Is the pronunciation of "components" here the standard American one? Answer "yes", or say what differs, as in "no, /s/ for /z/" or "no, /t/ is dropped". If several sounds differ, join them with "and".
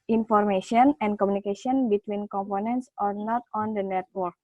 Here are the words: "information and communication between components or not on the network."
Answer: yes